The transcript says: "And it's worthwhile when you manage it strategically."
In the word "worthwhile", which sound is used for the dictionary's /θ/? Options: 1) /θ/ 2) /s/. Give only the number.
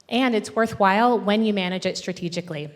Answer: 1